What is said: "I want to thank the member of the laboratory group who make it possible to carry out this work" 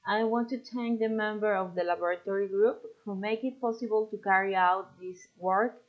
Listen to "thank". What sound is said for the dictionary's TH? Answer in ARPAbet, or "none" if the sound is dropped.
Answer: T